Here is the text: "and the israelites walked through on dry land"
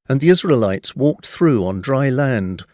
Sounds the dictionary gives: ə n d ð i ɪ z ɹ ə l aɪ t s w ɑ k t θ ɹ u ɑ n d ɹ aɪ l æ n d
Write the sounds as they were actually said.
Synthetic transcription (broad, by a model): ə n ð i ɪ z ɹ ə l aɪ t s w ɑ k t θ ɹ u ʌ n d ɹ aɪ l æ n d